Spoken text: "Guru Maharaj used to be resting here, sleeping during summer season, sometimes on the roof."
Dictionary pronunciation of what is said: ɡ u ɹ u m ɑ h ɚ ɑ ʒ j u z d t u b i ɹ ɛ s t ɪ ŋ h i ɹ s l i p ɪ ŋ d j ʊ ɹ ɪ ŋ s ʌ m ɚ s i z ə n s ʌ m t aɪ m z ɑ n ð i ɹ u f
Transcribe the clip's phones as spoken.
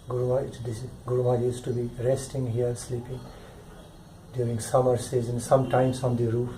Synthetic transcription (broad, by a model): ɡ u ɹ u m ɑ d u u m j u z t u b i ɹ ɛ s t ɪ ŋ h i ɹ s l i p ɪ ŋ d j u ɹ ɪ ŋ s ʌ m ɚ s i z ə n s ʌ m t aɪ m s ɑ n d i ɹ u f